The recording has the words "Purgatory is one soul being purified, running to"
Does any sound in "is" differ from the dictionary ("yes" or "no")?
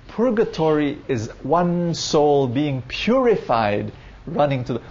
no